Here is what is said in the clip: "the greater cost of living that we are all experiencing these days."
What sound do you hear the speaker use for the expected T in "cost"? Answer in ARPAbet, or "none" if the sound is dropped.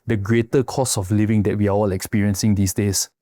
none